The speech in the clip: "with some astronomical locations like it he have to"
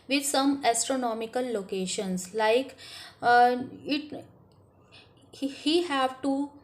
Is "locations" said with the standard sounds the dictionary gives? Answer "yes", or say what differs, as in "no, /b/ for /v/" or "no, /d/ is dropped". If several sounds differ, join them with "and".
no, /s/ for /z/